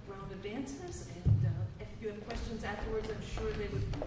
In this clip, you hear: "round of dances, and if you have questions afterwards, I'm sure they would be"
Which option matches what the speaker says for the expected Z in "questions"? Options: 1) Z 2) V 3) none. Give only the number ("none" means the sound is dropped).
1